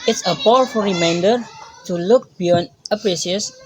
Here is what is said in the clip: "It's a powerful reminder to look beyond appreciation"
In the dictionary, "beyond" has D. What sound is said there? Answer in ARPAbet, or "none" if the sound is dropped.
none